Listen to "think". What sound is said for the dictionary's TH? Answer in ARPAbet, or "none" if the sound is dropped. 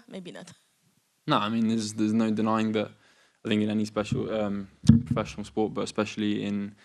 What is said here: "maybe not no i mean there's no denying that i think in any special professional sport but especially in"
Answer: TH